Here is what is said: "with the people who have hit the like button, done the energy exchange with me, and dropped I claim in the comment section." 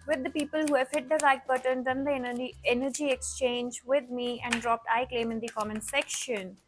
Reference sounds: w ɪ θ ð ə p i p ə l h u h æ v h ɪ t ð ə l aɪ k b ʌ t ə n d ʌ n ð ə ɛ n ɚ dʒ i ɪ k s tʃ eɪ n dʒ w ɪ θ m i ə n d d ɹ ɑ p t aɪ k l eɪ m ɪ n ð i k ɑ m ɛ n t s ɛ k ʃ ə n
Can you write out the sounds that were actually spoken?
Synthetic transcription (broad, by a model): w ɪ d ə p i p ə l h u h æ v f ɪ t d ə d aɪ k b ʌ t ə n d ʌ n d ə ɛ n ɚ dʒ i ɪ k s tʃ eɪ n dʒ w ɪ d m i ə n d d ɹ ɑ p t aɪ k l eɪ m ɪ n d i k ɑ m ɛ n s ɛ k ʃ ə n